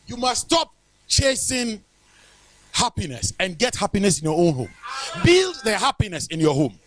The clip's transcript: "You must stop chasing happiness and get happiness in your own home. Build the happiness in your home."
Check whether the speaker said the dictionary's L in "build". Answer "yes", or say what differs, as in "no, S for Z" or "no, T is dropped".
yes